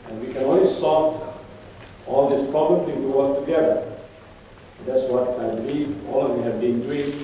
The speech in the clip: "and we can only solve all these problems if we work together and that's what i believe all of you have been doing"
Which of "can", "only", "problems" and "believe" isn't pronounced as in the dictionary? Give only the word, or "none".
problems